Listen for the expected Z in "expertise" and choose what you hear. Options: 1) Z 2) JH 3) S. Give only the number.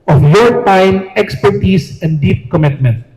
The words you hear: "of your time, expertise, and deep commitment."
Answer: 3